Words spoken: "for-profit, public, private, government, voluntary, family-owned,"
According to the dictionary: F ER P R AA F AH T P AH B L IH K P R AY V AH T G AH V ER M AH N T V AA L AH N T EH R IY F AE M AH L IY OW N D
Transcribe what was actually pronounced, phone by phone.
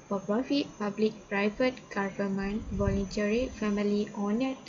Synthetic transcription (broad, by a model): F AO P R AA F AH T P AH B L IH K P R AY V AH T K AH F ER M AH N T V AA L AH N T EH R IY F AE M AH L IY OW N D